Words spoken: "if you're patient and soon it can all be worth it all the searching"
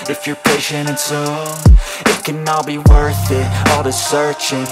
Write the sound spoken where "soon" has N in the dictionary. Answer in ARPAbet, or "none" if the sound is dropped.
none